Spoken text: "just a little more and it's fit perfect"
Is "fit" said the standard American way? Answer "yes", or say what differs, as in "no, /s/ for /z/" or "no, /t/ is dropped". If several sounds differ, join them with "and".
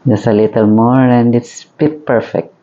no, /p/ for /f/